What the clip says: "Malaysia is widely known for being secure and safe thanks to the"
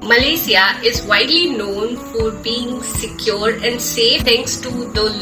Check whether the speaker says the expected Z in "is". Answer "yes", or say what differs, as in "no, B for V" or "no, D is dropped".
yes